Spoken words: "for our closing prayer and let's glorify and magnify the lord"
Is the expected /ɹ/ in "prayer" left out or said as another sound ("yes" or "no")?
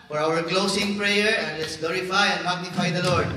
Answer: no